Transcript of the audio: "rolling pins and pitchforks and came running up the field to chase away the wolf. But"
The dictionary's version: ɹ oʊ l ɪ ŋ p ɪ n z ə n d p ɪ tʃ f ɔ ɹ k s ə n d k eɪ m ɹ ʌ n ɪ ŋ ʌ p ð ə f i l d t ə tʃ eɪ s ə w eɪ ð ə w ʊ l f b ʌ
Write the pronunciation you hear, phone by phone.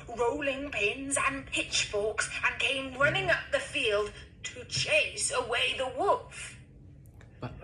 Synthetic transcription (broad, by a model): ɹ oʊ l ɪ ŋ p ɪ n z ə n p ɪ tʃ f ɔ k s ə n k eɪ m ɹ ʌ n ɪ ŋ ʌ p ð ə f i l d t ə tʃ eɪ s ə w eɪ ð ə w ʊ l f